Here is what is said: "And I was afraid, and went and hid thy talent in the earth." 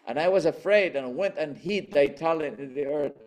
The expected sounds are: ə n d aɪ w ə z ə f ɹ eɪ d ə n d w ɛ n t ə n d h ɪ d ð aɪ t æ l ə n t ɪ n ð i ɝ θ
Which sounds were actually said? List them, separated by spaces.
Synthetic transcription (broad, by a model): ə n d aɪ w ə z ə f ɹ eɪ d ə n w ɛ n t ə n h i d ð aɪ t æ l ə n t ɪ n ð i ɝ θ